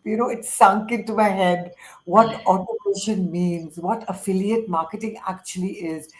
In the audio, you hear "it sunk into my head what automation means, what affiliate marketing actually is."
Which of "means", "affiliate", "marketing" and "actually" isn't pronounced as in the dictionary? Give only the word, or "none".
none